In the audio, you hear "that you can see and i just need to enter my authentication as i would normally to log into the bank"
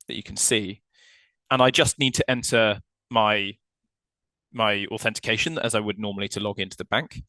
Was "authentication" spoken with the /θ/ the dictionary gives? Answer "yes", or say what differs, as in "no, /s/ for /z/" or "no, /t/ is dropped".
yes